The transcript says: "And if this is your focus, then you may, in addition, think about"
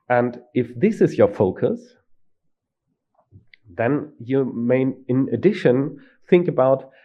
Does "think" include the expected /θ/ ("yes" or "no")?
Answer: yes